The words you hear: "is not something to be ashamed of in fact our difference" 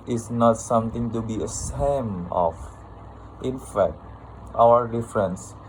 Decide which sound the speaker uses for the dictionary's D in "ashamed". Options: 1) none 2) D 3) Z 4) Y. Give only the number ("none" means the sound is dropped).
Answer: 1